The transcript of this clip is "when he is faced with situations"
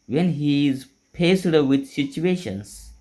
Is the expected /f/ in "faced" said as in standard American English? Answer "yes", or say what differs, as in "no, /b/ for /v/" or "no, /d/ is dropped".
no, /p/ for /f/